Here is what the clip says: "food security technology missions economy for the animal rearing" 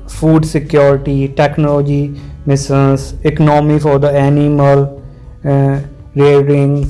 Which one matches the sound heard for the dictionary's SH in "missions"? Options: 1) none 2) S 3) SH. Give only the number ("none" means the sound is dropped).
2